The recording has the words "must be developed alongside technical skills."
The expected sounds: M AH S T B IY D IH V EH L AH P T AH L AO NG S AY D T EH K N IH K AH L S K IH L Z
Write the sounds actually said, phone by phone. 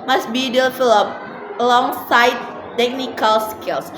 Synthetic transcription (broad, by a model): M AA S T B IY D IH F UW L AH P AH L AO NG S AY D T EH K N IH K AH L S K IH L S